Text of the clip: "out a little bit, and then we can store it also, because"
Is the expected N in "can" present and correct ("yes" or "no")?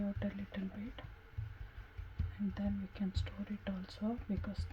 yes